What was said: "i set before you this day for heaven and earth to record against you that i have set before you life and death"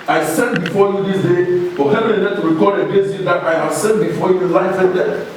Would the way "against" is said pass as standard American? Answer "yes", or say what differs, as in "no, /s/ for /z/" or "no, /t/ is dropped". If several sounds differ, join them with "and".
no, /n/ is dropped